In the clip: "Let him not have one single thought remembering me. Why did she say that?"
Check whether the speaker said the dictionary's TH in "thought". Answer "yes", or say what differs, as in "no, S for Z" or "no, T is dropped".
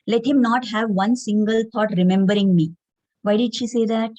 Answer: no, T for TH